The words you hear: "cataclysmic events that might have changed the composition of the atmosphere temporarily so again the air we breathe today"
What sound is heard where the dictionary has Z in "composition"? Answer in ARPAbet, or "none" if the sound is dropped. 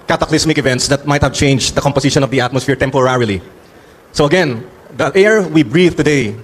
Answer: S